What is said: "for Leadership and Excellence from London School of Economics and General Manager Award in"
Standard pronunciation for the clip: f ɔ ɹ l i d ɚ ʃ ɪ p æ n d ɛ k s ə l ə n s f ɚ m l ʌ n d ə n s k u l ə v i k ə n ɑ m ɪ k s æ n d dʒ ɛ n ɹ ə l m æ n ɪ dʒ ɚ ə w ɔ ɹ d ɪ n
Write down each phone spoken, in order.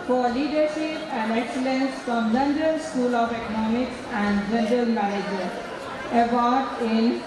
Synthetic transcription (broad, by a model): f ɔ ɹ l i d ɚ ʃ ɪ p æ n d ɛ k s ə l ə n s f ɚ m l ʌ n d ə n s k u l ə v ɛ k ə n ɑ m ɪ k s æ n d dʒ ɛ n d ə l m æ ɪ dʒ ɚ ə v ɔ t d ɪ n